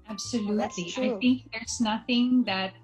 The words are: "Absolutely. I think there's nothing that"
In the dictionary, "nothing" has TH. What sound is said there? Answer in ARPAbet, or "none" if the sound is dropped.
TH